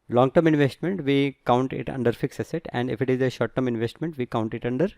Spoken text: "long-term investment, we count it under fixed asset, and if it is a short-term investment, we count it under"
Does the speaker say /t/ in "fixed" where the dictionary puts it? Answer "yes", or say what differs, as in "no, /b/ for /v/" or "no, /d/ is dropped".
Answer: no, /t/ is dropped